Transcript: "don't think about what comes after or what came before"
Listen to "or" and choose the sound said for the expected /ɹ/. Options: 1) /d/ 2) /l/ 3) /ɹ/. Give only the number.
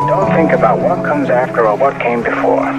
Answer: 2